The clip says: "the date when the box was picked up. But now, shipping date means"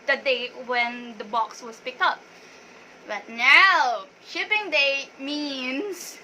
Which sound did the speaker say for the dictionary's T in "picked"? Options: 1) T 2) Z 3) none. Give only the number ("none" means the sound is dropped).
1